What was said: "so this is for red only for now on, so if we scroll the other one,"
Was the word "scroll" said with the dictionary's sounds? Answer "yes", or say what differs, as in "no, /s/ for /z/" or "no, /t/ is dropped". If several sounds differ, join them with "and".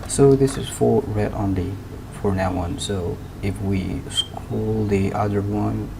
no, /ɹ/ is dropped